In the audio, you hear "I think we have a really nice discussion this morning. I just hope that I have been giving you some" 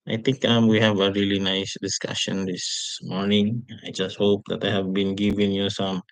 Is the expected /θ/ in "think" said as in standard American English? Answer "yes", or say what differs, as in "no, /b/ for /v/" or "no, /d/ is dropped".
no, /t/ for /θ/